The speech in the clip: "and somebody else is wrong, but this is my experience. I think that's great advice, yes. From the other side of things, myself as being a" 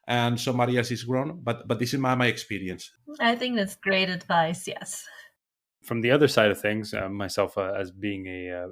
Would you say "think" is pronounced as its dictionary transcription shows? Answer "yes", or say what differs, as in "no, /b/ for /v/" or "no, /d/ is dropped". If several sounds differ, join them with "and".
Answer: yes